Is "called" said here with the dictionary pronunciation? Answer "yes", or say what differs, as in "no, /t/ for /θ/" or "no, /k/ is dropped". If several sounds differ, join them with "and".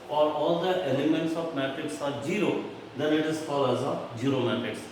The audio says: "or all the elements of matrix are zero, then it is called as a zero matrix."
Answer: no, /d/ is dropped